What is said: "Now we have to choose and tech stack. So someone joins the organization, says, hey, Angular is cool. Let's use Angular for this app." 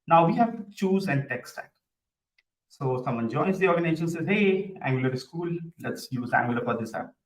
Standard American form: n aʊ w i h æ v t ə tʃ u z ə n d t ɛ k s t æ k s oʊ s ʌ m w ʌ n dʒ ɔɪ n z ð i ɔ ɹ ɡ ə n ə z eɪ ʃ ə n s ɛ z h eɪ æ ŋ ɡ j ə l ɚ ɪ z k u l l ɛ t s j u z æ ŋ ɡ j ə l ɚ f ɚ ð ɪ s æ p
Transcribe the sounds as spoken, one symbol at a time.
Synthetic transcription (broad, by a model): n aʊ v i h æ v tʃ u z ə n d t ɛ k s t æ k s oʊ s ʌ m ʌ n dʒ ɔɪ z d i ɔ ɹ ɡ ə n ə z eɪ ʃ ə n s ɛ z h eɪ æ ŋ ɡ j ə l ɚ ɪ s k u l l ɛ t s j u z æ ŋ ɡ j ə l ɚ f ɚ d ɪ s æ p